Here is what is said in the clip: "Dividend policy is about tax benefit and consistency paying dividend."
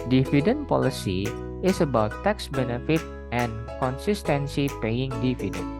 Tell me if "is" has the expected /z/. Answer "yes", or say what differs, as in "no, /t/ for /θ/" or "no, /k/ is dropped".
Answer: no, /s/ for /z/